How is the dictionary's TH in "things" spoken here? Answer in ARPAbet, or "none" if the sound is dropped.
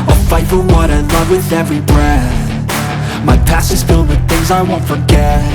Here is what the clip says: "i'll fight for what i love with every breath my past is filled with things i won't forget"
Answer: TH